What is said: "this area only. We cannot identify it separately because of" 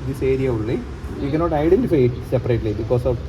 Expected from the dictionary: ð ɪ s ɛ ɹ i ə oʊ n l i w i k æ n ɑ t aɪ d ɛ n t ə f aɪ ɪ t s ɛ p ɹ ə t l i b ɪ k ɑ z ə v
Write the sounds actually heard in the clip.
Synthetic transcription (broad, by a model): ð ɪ s ɛ ɹ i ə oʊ l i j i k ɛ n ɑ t aɪ d ɛ n t ə f aɪ ɪ t s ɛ p ɹ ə t l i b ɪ k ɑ s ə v